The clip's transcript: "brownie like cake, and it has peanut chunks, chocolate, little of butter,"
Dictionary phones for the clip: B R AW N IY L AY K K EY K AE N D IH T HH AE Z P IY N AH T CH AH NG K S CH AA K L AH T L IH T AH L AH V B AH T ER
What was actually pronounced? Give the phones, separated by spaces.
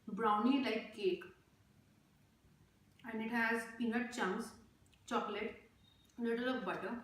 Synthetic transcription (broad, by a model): B R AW N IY L AY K K EY K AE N D IH T HH AE Z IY N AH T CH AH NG S CH AA K L AH T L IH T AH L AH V B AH T ER